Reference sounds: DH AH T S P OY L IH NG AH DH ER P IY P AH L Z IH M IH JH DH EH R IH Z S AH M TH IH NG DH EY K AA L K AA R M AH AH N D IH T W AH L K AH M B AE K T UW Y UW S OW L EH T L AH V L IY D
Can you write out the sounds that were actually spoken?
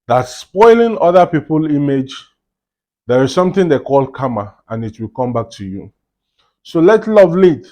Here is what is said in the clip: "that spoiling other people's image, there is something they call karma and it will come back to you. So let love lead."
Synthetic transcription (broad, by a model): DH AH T S P OY L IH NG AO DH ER P IY P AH L IY M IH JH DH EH R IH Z S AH M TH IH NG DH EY K AA L K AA M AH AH N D IH T W AH L K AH M B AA K T UW Y UW S OW L EH T L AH V L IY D